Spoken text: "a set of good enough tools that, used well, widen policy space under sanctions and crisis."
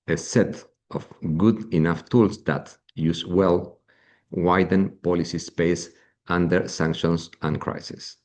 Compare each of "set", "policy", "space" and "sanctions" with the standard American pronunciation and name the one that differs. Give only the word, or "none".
sanctions